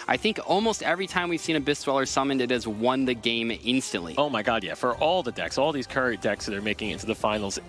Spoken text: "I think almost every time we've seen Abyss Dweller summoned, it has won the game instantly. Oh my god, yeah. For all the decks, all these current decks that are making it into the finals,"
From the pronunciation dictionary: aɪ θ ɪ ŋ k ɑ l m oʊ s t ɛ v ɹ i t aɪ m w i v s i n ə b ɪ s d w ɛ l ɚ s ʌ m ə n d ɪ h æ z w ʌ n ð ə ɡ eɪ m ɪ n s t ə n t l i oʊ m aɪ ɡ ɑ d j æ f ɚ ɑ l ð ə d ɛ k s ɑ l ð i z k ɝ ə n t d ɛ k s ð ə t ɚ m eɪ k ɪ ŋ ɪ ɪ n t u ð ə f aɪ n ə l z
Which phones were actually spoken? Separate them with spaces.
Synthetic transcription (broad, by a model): aɪ θ ɪ ŋ k ɑ l m oʊ s t ɛ v ɹ i t aɪ m w i v s i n ə b ɪ s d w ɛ l ɚ s ʌ m ə n d ɪ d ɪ z w ʌ n ð ə ɡ eɪ m ɪ n s t ə n t l i oʊ m aɪ ɡ ɑ d j æ f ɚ ɑ l ð ə d ɛ k s ɑ l ð i z k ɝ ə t d ɛ k s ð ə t ɚ m eɪ k ɪ ŋ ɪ ɪ n t u ð ə f aɪ n l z